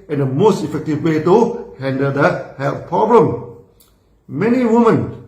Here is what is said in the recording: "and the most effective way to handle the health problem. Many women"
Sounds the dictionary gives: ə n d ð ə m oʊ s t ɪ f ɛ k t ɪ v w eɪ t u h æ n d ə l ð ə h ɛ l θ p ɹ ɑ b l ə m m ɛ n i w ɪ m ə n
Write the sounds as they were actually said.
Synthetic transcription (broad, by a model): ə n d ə m oʊ s t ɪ f ɛ k t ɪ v w eɪ t u h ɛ n d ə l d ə h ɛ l f p ɹ ɑ b l ə m m ɛ n i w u m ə n